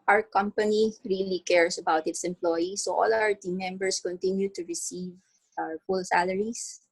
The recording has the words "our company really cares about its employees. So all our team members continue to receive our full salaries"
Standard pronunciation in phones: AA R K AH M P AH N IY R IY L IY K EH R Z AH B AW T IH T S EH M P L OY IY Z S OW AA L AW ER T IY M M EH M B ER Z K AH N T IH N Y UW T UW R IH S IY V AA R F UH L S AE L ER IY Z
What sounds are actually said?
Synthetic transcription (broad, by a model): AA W K AH M P AH N IY R IY L IY K EH R S AH B AW T IH T S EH M P L OY IY S OW AA L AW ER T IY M M EH M B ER S K AH N T IH N Y UW T UW R IH S IY V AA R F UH L S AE L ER IY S